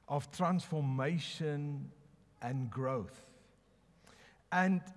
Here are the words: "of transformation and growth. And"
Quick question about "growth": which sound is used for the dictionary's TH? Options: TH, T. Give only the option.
TH